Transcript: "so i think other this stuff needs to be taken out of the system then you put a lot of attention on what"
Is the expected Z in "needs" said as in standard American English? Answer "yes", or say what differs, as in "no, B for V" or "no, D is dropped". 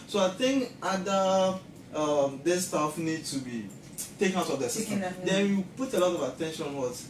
no, Z is dropped